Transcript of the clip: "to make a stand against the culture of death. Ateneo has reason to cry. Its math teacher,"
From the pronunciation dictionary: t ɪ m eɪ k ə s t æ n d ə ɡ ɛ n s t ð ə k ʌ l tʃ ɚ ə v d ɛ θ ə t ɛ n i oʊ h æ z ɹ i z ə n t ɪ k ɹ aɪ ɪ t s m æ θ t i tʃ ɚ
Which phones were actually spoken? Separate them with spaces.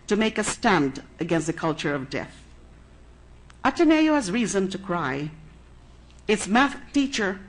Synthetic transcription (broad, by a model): t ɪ m eɪ k ə s t æ n d ə ɡ ɛ n s t ð ə k ʌ l tʃ ɚ ə v d ɛ θ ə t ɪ n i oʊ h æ z ɹ i z ə n t ɪ k ɹ aɪ ɪ t s m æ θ t i tʃ ɚ